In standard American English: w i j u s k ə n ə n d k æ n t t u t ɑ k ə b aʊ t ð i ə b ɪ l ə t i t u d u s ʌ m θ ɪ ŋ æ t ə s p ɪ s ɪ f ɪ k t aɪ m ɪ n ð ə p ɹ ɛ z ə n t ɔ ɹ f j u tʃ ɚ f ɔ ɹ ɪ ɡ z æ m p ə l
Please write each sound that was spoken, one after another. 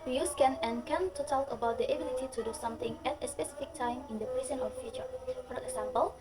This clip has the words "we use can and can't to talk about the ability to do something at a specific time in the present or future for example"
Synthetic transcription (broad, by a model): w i j u s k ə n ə n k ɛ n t t u t ɑ k ə b aʊ t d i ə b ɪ l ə t i t u d u s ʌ m t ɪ ŋ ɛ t ə s p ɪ s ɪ f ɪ k t aɪ m ɪ n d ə p ɹ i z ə n ɔ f f j u tʃ ɚ f ɔ ɹ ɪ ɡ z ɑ m p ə l